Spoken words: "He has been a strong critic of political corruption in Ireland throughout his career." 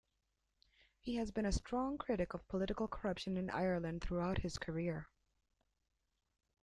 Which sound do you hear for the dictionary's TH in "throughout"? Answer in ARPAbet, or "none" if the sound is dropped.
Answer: TH